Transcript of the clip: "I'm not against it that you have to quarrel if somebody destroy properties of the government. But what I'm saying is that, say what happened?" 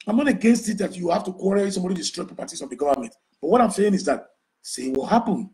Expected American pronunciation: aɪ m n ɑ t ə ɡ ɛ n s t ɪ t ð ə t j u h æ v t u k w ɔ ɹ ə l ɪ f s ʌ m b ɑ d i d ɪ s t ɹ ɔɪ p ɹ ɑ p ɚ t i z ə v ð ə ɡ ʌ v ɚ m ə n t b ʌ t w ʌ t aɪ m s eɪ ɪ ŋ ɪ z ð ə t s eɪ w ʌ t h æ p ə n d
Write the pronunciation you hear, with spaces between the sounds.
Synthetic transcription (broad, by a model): aɪ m n ɑ t ə ɡ ɛ n s t ɪ t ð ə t j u h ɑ f t u k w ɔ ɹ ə s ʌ m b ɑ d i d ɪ s t ɹ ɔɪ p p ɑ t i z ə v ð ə ɡ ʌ v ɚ m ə n t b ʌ t w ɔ t aɪ m s eɪ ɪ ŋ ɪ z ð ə t s eɪ w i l h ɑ p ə n